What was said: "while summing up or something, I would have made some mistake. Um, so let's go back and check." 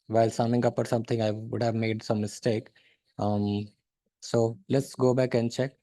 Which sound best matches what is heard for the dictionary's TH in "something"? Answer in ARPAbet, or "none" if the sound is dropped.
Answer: T